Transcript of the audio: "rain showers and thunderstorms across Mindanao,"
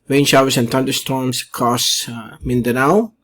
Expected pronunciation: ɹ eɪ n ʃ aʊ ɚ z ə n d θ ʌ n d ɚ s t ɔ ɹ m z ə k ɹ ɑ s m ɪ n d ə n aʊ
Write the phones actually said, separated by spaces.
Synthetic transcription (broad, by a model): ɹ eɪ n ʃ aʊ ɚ s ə n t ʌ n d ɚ s t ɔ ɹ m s k ɑ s m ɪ n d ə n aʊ